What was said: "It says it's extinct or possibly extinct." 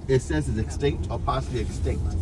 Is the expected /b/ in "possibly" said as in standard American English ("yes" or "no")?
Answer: no